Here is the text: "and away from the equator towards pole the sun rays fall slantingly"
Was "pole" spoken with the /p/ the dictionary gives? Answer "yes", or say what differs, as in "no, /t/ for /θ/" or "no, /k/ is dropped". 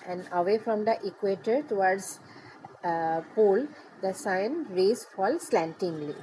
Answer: yes